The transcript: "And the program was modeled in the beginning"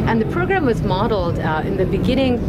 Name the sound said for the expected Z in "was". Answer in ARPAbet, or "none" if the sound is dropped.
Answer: Z